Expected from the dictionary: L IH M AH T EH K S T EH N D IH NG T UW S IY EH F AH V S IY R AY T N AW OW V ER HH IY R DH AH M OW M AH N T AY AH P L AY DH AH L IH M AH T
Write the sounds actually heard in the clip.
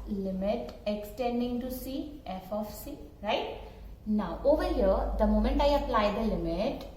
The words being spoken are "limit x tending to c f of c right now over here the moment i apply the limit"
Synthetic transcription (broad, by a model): L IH M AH T EH K S T EH N D IH NG T UW S IY EH F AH F S IY R AY T N AW OW V ER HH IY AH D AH M OW M AH N T AY AH P L AY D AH L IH M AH T